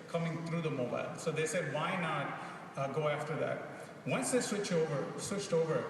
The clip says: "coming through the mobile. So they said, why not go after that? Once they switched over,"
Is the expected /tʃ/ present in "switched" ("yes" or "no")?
yes